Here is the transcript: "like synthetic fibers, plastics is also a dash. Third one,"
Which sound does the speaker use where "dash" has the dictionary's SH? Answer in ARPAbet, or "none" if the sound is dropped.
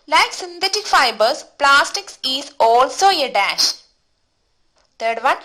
SH